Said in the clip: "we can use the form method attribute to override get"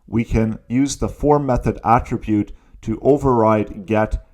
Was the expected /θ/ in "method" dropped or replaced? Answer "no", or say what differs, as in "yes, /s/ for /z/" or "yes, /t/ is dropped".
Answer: no